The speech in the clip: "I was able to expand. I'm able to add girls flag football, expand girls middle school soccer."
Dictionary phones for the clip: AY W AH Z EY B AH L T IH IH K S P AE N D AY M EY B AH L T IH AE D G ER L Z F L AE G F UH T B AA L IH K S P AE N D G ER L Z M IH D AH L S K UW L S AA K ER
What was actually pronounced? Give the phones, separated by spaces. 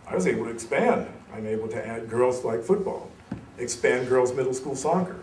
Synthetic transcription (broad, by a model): AY W AH Z EY B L T IH IH K S P AE N D AY M EY B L T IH AE D G ER L Z L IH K F UH T B AA L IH K S P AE N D G ER L Z M IH D L S K UW L S AA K ER